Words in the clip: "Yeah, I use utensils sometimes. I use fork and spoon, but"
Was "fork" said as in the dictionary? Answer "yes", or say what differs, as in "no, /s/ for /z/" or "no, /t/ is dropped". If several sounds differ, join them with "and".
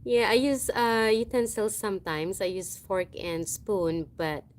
yes